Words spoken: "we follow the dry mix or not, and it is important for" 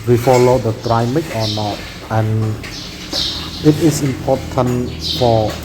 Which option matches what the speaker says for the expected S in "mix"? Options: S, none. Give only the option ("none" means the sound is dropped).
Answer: none